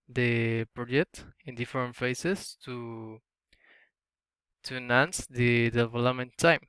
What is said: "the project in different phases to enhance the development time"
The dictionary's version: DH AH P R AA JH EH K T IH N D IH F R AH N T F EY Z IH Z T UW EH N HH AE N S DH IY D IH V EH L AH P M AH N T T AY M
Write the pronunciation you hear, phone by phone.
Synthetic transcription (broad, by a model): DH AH P R AA JH EH K T IH N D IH F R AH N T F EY S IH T T UW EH N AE N S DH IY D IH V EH L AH M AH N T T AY M